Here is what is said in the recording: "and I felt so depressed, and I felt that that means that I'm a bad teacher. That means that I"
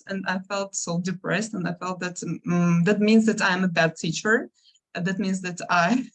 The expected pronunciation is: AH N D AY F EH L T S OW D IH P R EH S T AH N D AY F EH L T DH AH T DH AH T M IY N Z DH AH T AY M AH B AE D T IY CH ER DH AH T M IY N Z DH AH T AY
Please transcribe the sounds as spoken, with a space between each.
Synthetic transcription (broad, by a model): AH N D AY F EH L T S OW D IH P R EH S T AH N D AY F EH L T DH AH T DH AH T M IY N Z DH AH T AY M AH B AE D T IY CH ER DH AH T M IY N Z DH AH T AY